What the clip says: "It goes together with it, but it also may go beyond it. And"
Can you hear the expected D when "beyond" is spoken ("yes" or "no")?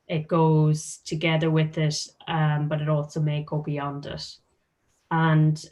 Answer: yes